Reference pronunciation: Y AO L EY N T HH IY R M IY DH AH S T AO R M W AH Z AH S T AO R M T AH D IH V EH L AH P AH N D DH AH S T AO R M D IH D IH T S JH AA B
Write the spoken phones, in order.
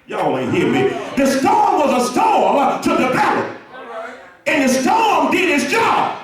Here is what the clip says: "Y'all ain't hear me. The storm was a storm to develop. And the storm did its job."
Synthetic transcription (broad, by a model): Y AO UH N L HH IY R M IY DH AH S T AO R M W AH Z AH S T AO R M T AH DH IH P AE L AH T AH N DH AH S T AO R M D IH D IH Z JH AA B